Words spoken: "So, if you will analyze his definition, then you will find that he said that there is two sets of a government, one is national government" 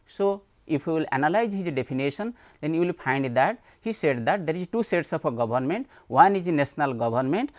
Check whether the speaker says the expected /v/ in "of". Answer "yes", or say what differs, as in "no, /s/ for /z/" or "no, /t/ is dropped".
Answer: no, /p/ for /v/